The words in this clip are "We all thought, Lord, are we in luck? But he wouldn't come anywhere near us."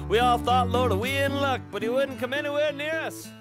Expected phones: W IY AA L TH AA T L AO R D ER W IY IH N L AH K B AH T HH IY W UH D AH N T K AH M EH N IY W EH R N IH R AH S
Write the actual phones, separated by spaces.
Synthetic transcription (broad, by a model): W IY AA L TH AA T L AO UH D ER W IY IH N L AH K B AH T HH IY W UH D N K AH M EH N IY W EH R N IH R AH S